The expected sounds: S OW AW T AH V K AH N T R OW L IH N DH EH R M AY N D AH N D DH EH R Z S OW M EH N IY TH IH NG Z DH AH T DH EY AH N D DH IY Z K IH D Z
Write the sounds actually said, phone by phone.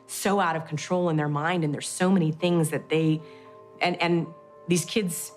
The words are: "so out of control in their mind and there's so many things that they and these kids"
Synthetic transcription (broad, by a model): S OW AW T AH V K N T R OW L IH N DH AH R M AY N D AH N DH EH R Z S OW M EH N IY TH IH NG Z DH AH T DH EY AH N DH IY Z K IH D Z